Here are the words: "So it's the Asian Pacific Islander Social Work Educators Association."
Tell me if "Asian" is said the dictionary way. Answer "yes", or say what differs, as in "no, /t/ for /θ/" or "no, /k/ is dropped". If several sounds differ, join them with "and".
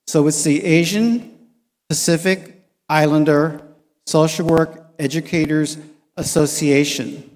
yes